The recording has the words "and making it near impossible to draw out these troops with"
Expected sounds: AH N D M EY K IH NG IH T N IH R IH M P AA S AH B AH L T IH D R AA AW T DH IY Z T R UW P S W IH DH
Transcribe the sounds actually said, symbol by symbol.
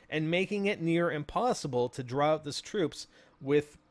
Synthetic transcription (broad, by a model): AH N M EY K IH NG IH T N IH R IH M P AA S AH B AH L T IH D R AA AW T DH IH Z T R UW P S W IH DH